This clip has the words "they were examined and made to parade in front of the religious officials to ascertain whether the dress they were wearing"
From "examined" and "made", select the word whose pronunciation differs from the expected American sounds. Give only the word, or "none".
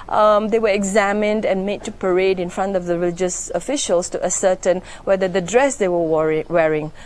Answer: none